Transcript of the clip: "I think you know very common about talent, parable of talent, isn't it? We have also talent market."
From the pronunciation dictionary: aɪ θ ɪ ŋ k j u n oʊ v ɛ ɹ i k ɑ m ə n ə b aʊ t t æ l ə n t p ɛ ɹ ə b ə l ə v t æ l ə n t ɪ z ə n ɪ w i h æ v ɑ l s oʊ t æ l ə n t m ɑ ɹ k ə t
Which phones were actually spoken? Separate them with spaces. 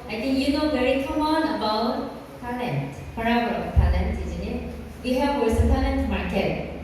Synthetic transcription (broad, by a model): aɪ t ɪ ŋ j u n oʊ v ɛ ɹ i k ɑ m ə n ə b aʊ t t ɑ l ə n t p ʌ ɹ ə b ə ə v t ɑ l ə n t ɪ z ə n ɪ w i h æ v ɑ s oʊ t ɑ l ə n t m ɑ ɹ k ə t